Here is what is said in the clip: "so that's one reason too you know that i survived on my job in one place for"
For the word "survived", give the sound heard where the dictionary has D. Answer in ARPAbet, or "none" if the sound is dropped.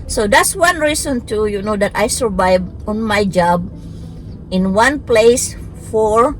none